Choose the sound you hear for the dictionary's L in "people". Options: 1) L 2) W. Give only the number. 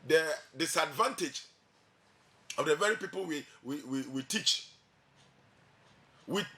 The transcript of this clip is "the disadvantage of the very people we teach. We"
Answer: 2